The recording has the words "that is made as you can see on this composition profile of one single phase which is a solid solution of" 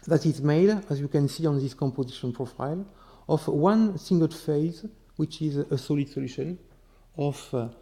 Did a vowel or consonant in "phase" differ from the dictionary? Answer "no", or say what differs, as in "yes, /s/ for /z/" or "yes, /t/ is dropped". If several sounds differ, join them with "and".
no